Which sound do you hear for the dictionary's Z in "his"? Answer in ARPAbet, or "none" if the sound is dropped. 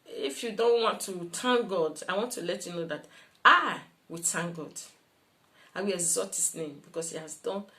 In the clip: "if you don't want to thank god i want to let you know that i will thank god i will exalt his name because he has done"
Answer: S